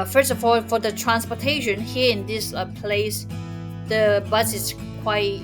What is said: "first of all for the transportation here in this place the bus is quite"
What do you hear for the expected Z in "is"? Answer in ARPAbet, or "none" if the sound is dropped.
S